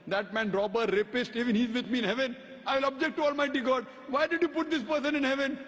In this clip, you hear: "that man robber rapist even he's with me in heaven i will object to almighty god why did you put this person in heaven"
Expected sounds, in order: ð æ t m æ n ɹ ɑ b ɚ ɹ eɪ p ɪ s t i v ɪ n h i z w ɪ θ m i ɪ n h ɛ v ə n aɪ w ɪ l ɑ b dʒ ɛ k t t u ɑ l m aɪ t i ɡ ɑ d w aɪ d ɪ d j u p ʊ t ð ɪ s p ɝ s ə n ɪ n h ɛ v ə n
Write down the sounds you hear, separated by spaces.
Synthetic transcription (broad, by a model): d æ t m æ n ɹ ɑ b ɚ ɹ eɪ p ɪ s t i v ɪ n h i z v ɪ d m i ɪ n h ɛ v ə n aɪ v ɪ l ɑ b dʒ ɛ k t t u ɑ l m aɪ t i ɡ ɑ d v aɪ d ɪ d j u p ʊ t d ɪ s p ɝ s ə n ɪ n h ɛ v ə n